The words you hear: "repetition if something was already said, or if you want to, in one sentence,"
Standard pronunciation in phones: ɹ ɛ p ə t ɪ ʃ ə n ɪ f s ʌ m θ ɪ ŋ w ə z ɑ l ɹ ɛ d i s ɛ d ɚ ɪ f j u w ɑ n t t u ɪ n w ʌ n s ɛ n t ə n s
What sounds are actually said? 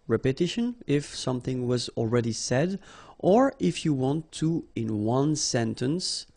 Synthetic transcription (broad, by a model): ɹ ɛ p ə t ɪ ʃ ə n ɪ f s ʌ m θ ɪ ŋ w ə z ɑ l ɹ ɛ d i s ɛ d ɚ ɪ f j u w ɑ n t t u ɪ n w ʌ n s ɛ n t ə n s